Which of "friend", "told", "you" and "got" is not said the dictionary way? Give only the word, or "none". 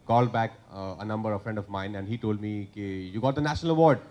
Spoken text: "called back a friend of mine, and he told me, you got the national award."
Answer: none